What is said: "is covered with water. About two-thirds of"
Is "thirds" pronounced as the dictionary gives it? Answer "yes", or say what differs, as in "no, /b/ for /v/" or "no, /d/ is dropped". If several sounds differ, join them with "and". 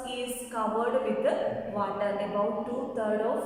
no, /t/ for /θ/ and /z/ is dropped